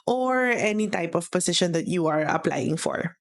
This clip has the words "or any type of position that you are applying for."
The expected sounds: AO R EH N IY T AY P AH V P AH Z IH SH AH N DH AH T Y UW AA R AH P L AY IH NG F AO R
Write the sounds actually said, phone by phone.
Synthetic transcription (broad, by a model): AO R EH N IY T AY P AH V P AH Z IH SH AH N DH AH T Y UW AA R AH P L AY IH NG F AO R